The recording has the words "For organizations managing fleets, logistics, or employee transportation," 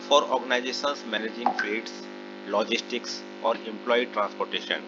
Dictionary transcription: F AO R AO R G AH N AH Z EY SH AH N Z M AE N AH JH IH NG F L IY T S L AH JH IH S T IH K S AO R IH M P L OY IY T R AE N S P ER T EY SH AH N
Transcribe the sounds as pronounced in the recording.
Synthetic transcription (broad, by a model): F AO R AO R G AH N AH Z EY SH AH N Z M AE N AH JH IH NG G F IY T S L AH JH IH S T IH K S AO R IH M P L OY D T R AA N S P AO T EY SH AH N